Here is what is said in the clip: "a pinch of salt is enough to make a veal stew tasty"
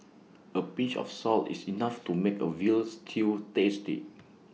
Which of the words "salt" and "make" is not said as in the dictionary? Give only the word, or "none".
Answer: none